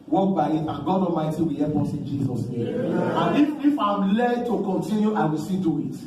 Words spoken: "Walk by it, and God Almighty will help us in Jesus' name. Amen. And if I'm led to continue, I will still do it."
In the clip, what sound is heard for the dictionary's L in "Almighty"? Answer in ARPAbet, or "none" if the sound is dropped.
none